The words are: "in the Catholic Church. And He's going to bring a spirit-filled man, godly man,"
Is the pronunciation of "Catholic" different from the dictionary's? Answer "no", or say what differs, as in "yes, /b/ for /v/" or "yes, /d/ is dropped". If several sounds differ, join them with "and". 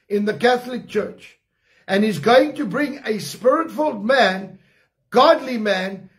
no